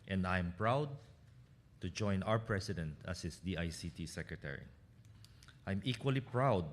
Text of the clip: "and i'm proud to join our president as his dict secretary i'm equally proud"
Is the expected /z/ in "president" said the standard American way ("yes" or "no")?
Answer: no